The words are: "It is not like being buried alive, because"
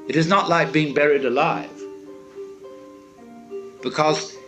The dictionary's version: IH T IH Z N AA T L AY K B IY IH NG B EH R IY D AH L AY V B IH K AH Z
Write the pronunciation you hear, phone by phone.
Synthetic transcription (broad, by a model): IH T IH Z N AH T L AY K B IY IH NG B EH R IY D AH L AY V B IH K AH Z